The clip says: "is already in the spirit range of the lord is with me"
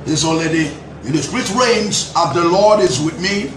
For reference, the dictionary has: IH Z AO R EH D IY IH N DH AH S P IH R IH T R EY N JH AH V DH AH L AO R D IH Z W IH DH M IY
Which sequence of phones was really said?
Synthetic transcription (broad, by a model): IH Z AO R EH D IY IH N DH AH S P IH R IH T R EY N Z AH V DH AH L AO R D IH Z W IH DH M IY